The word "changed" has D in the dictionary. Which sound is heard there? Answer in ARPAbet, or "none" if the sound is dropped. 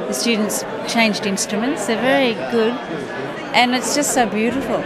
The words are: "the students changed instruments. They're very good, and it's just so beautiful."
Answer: D